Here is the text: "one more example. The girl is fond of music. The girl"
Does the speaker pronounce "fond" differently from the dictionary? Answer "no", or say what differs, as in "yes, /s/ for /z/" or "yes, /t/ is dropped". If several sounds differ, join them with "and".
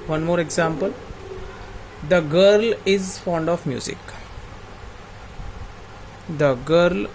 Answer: no